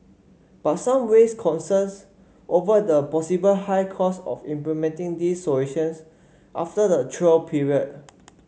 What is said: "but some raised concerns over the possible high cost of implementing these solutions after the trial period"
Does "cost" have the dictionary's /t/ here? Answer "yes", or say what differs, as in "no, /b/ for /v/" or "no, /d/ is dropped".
no, /t/ is dropped